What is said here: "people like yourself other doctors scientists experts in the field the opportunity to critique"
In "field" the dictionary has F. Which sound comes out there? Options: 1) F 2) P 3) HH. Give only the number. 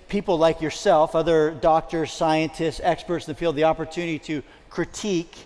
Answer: 2